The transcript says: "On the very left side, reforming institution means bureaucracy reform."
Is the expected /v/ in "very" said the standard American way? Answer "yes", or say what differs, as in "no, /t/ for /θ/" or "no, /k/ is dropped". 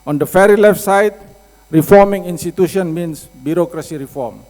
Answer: no, /f/ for /v/